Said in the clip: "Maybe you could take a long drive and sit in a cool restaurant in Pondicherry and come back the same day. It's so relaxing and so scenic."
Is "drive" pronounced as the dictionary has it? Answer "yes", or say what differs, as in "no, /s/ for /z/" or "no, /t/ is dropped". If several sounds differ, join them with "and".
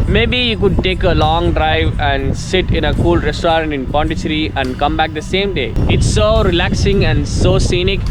yes